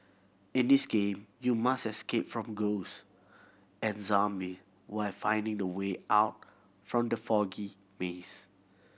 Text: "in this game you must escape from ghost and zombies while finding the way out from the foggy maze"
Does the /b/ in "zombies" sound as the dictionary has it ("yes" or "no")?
no